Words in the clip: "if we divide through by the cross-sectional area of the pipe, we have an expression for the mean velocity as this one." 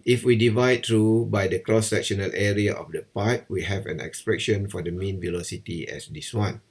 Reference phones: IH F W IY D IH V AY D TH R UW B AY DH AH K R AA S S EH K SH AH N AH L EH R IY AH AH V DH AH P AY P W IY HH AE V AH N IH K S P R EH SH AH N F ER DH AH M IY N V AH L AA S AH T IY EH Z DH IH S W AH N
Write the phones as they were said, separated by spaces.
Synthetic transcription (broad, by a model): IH F W IY D IH V AY D T R UW B AY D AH K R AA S S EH K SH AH N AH L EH R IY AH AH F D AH P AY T W IY HH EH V AH N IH K S P R EH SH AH N F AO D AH M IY N V AH L AA S AH T IY EH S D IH S W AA N